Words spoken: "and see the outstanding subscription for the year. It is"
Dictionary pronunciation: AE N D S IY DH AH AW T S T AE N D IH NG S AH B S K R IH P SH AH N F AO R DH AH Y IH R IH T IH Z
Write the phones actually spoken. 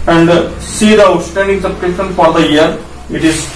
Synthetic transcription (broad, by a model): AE N D S IY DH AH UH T S T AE N D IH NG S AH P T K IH SH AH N F AO R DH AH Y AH R IH T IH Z